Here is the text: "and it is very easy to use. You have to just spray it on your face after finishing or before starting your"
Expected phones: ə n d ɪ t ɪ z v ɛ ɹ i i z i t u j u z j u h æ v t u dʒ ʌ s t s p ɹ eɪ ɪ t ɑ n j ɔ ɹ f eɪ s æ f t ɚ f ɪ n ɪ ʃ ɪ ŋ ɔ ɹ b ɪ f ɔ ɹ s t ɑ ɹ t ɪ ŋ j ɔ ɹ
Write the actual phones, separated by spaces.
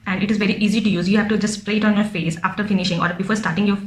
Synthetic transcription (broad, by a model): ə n d ɪ t ɪ z v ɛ ɹ i i z i t u j u z j u h æ v t u dʒ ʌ s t s p ɹ eɪ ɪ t ɑ n j ɔ ɹ f eɪ s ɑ f t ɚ f ɪ n ɪ ʃ ɪ ŋ ɔ ɹ b ɪ f ɔ ɹ s t ɑ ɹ t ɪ ŋ j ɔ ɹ